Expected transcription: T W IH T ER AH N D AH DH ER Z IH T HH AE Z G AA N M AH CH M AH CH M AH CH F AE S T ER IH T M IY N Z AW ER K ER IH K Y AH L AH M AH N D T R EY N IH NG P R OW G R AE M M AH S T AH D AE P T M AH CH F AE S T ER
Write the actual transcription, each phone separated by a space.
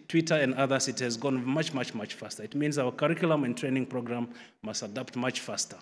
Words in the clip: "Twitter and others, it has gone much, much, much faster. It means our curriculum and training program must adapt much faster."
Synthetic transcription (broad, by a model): T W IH T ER AH N D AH DH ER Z IH T HH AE Z G AA N M AH CH M AH CH M AH CH F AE S T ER IH T M IY N Z AW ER K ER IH K Y L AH M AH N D T R EY N IH NG P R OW G R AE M M AH S T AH D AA P T M AH CH F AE S T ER